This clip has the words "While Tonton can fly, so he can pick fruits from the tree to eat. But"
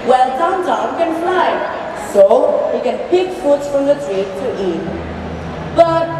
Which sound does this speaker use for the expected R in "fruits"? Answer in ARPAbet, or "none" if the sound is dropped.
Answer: none